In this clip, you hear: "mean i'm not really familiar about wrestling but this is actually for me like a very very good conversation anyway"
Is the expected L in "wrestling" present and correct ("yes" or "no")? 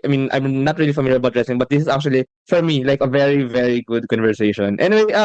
no